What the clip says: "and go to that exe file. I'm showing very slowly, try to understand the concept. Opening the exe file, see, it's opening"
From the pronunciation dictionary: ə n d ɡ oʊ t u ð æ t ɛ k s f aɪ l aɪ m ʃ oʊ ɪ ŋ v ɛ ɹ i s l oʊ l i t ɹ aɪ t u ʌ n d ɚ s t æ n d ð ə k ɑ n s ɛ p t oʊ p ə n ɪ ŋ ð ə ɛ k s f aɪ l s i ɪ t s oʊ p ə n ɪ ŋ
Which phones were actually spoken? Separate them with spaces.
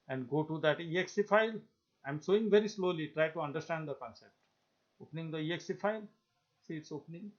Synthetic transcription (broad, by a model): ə n d ɡ oʊ t u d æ t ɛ k s f aɪ l aɪ m s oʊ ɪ ŋ v ɛ ɹ i s l oʊ l i t ɹ aɪ t u ʌ n d ɚ s t æ n d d ə k ɑ n s ɛ p t oʊ p ə n ɪ ŋ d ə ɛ k s f aɪ l s i ɪ t s oʊ p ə n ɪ ŋ